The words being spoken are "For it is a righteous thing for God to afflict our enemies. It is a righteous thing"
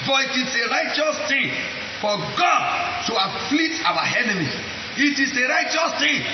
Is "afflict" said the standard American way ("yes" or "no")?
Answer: no